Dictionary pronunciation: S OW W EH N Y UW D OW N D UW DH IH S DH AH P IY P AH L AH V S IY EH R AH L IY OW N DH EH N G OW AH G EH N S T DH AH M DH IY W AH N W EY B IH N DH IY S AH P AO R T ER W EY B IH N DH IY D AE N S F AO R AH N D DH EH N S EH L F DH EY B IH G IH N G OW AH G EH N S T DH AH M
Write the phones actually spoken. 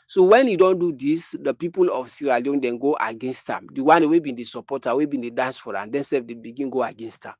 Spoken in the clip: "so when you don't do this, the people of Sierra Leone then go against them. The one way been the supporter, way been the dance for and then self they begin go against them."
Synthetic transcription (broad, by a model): S OW W EH N Y UW D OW N D UW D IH S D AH P IY P AH L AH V S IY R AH L IY OW N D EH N G OW AH G EH N S T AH M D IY W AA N W EY B IH N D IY S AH P AO T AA W EY B IH N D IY D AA N S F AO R AH N D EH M S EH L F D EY B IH G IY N G OW AH G EH N S T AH M